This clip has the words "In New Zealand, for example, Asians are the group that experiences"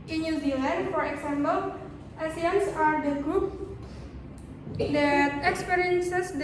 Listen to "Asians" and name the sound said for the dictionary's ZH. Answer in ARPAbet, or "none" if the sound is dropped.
S